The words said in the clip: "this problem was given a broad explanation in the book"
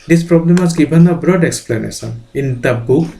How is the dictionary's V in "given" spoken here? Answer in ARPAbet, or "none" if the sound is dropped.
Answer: B